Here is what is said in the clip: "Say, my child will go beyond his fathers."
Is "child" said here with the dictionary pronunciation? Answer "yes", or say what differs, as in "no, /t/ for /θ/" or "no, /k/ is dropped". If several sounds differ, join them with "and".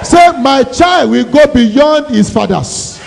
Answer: yes